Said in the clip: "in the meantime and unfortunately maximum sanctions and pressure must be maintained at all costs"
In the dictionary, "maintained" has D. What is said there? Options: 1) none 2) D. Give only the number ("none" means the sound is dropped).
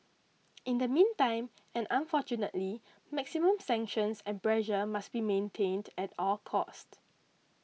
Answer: 2